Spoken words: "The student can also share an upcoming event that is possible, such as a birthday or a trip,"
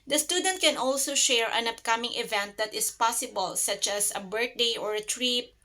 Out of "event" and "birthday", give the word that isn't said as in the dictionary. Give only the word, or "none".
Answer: birthday